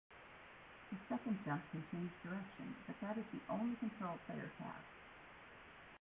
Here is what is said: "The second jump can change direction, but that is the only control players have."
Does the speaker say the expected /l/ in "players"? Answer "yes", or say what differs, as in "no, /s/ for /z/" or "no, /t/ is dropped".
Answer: no, /l/ is dropped